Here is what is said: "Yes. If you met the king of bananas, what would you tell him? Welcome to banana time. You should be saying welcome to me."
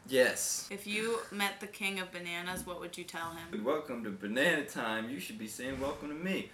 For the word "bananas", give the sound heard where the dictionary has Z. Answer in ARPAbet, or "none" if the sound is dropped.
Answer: Z